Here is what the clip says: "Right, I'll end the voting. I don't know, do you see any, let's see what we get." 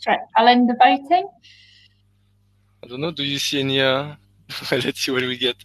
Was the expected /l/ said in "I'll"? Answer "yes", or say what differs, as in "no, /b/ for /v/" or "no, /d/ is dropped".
yes